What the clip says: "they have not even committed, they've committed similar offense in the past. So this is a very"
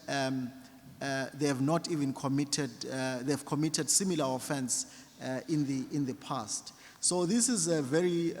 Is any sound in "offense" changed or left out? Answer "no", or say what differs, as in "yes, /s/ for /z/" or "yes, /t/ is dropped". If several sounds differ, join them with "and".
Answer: no